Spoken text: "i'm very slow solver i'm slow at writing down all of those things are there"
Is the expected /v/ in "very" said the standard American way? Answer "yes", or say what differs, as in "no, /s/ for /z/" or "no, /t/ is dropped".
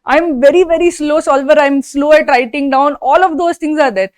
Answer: yes